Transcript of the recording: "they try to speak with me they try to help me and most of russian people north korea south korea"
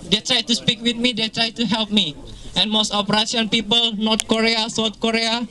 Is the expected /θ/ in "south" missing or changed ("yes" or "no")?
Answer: yes